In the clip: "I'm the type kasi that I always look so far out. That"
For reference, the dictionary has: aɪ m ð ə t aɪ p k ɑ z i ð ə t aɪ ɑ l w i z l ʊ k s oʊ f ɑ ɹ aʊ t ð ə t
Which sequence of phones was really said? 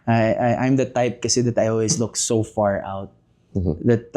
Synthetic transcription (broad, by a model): aɪ m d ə t aɪ p k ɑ s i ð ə t aɪ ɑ l w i s l ʊ k s oʊ f ɑ ɹ aʊ t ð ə t